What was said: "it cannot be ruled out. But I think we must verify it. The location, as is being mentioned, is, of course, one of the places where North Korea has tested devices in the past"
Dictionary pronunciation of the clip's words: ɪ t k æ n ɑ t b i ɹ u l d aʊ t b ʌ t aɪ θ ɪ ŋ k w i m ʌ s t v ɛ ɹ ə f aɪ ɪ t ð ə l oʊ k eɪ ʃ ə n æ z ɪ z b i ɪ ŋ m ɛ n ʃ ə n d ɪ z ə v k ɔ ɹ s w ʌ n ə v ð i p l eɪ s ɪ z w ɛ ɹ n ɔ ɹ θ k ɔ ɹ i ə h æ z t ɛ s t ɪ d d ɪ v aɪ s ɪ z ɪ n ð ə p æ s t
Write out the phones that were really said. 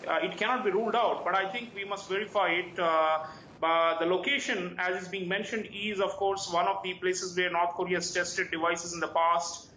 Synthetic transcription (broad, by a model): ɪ t k æ n ɑ t b i ɹ u l d aʊ t b ʌ t aɪ t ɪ ŋ k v i m ʌ s t v ɛ ɹ ə f aɪ ɪ t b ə l oʊ k eɪ ʃ ə n æ z ɪ z b i ɪ ŋ m ɛ n ʃ ə n d ɪ z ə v k ɔ ɹ s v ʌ n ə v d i p l eɪ s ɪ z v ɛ ɹ n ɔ ɹ t k ɔ ɹ i ə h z t ɛ s t ɪ d d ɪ v aɪ s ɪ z ɪ n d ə p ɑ s t